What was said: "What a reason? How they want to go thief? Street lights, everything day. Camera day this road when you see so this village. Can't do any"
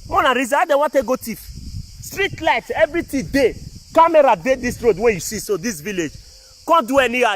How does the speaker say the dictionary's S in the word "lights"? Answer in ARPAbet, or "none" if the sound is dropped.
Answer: none